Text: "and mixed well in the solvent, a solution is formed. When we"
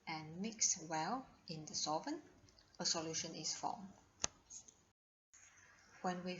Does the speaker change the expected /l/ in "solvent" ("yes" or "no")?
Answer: yes